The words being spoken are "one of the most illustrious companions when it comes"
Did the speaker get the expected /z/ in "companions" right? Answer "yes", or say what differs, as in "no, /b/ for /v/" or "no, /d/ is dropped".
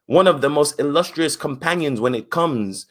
yes